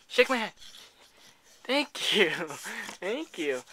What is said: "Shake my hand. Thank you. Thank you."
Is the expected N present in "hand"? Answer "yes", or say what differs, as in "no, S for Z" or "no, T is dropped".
no, N is dropped